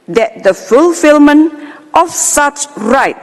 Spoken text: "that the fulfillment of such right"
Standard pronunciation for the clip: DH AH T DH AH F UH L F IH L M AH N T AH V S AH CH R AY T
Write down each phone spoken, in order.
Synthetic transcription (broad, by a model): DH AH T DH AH F UH L F IH L M AH N T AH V S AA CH R AY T